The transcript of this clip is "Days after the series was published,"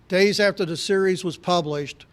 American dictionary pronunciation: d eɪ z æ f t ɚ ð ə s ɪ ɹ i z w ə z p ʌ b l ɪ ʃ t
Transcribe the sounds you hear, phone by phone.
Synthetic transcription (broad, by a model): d eɪ z æ f t ɚ ð ə s ɪ ɹ i z w ə z p ʌ b l ɪ ʃ t